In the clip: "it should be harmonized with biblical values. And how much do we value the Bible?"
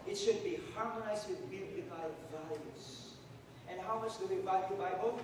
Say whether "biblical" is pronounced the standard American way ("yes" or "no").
no